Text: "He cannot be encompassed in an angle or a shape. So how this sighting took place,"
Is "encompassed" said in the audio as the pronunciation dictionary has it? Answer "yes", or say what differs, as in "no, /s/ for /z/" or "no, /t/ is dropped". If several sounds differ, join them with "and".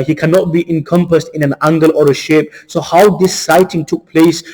yes